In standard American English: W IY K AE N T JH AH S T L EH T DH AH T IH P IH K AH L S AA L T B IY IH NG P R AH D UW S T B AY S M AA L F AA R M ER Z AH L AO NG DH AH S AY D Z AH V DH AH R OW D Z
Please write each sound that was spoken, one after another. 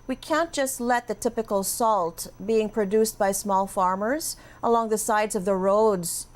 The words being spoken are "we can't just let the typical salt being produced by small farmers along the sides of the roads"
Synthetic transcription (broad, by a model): W IY K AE N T JH AH S T L EH T DH AH T IH P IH K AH L S AA L T B IY IH NG P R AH D UW S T B AY S M AA L F AA R M ER Z AH L AO NG DH AH S AY D Z AH V DH AH R OW D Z